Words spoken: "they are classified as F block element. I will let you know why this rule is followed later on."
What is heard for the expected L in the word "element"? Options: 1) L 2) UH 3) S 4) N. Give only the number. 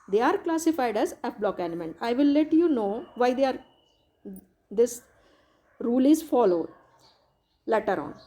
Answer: 4